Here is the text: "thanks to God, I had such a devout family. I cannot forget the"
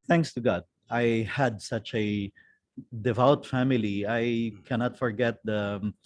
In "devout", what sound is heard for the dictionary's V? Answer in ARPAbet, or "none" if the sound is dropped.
V